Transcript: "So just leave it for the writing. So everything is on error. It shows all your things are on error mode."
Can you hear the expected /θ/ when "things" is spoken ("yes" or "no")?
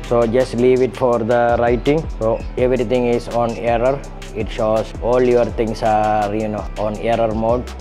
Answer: no